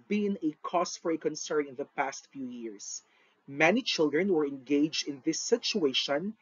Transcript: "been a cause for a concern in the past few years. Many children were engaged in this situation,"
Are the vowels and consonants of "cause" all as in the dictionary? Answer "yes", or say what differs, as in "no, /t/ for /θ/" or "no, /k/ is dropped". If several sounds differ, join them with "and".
no, /s/ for /z/